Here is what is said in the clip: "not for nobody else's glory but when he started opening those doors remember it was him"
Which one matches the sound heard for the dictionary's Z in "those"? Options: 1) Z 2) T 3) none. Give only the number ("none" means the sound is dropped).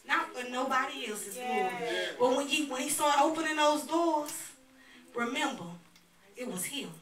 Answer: 1